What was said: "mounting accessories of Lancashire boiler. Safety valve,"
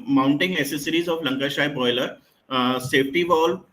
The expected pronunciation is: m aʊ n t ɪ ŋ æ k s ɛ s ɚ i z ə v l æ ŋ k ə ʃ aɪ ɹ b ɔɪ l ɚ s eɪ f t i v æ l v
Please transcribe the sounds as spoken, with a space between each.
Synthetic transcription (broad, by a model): m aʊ n t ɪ ŋ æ s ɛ s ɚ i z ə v l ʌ ŋ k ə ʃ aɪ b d ɔɪ l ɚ s eɪ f t i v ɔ l